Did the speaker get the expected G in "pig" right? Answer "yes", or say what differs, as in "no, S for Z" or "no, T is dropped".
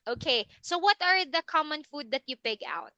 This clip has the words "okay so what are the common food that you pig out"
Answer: yes